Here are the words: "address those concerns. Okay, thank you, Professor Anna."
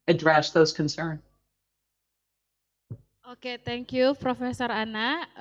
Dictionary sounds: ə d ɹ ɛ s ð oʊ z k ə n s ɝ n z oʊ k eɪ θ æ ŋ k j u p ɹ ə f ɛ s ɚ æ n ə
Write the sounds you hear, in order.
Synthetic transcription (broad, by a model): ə d ɹ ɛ s ð oʊ z k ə n s ɝ n oʊ k eɪ t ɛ ŋ k j u p ɹ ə f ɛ s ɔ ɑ n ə